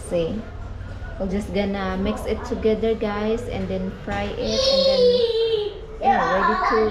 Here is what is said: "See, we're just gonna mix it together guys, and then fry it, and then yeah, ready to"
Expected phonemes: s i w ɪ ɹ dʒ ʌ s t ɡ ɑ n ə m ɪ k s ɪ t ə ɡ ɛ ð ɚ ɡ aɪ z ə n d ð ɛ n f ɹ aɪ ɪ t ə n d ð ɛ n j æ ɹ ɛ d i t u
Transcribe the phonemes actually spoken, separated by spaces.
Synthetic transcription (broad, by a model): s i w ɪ l dʒ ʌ s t ɡ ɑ n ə m ɪ k s ɪ t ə ɡ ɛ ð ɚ ɡ aɪ s ə n d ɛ n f ɹ aɪ ɪ t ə n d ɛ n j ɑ ɹ ɛ d i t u